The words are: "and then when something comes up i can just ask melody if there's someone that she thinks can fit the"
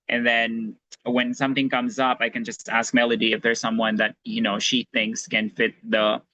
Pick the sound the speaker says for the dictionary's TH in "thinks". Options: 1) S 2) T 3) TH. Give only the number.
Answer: 3